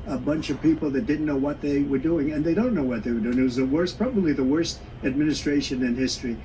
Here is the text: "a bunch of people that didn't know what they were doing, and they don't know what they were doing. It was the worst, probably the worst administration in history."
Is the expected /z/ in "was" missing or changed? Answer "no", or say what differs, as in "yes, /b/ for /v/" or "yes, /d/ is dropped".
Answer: no